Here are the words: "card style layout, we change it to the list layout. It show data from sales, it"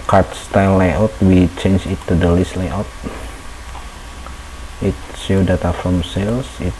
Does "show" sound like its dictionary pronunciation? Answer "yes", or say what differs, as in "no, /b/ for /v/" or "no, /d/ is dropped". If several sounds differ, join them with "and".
no, /s/ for /ʃ/